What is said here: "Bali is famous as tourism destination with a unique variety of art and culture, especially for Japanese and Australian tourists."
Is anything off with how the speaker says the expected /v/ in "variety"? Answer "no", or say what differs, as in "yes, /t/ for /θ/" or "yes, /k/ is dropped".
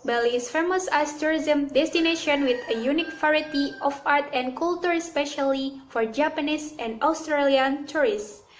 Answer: yes, /f/ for /v/